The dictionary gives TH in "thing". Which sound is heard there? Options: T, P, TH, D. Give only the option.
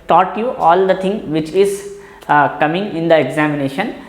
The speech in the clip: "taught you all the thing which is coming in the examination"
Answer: T